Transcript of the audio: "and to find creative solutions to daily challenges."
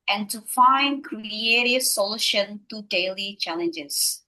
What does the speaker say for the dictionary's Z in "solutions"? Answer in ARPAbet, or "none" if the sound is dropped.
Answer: none